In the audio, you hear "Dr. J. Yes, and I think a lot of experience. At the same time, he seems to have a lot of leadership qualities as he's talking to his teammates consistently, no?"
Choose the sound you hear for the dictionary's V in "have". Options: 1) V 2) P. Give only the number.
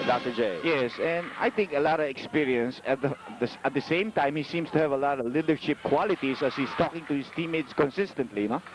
1